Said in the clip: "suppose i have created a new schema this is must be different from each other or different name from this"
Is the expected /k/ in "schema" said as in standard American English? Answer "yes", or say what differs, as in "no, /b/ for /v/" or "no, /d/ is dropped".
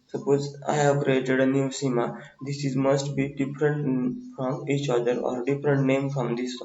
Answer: no, /k/ is dropped